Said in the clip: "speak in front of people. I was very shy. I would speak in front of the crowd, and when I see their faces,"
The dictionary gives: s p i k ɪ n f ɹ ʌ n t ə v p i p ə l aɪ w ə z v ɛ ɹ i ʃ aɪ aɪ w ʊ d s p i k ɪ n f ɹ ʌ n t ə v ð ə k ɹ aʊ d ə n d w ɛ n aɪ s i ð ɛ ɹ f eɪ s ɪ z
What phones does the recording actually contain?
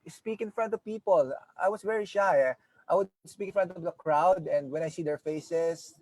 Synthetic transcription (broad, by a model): s p i k ɪ n f ɹ ʌ n t ə v p i p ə l aɪ w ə s v ɛ ɹ i ʃ aɪ aɪ w ʊ d s p i k ɪ n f ɹ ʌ n t ə v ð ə k ɹ aʊ d ə n d w ɛ n aɪ s i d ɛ ɹ f eɪ s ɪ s